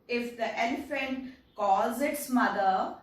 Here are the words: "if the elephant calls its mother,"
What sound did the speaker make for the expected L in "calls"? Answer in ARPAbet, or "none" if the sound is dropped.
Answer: none